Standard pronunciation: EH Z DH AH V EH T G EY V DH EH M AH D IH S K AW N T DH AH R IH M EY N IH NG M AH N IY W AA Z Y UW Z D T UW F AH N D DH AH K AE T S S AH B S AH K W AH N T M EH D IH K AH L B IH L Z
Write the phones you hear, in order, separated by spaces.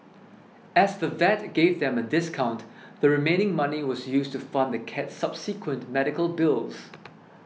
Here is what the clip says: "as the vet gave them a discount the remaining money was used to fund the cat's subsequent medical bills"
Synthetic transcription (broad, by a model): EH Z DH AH V EH T G EY V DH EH M AH D IH S K AW N T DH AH R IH M EY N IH NG M AH N IY W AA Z Y UW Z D T UW F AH N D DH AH K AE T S S AH B S AH K W AH N T M EH D IH K AH L B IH L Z